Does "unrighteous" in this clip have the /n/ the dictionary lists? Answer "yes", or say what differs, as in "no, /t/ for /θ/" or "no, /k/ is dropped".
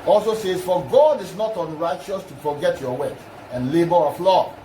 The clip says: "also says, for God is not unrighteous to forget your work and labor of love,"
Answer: yes